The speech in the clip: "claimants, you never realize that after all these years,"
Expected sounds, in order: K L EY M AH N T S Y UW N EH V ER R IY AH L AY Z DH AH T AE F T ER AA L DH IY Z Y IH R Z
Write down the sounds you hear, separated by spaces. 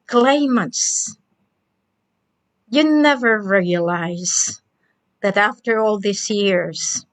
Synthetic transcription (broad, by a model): K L EY M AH N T S Y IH N EH V ER R IY AH L AY Z DH AH T AE F T ER AA L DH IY S Y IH R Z